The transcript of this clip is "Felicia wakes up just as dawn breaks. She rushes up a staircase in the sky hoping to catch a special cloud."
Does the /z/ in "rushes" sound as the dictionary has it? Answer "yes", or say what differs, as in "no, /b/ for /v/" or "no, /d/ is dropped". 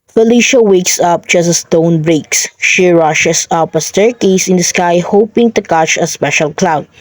no, /s/ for /z/